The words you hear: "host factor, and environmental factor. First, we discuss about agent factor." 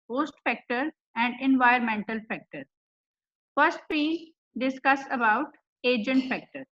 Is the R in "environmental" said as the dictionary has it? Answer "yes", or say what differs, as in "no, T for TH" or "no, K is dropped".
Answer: no, R is dropped